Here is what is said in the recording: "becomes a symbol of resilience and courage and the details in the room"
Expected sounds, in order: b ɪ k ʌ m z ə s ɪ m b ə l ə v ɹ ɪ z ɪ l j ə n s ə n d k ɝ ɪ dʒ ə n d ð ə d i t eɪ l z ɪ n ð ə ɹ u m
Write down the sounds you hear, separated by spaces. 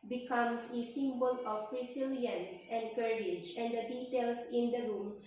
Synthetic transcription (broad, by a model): b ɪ k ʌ m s ə s ɪ m b ə l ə p ɹ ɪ s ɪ l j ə n s ə n d k ɝ ɪ dʒ ə n d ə d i t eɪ l s ɪ n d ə ɹ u m